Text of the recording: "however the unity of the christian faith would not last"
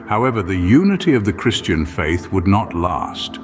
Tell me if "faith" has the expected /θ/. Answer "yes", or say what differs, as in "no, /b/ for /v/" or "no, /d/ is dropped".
yes